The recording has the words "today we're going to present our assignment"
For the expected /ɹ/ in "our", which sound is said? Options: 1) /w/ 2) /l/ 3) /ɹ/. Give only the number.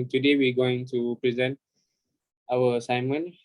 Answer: 1